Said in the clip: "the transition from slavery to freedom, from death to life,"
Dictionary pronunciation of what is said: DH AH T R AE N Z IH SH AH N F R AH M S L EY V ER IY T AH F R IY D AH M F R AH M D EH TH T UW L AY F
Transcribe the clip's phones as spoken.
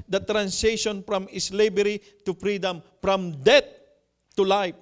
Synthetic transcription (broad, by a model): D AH T R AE N S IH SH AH N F R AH M S L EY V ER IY T AH F R IY D AH M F R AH M D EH T UW L AY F